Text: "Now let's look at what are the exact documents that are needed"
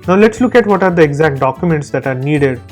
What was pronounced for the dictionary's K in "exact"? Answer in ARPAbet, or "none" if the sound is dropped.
K